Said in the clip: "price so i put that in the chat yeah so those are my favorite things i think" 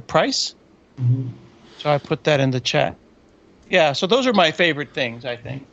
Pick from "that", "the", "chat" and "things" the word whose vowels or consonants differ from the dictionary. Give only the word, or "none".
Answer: none